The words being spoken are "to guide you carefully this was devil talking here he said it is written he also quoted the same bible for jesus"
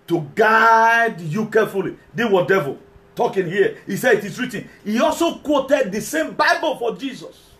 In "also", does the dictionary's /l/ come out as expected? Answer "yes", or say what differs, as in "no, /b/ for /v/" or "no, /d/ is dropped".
yes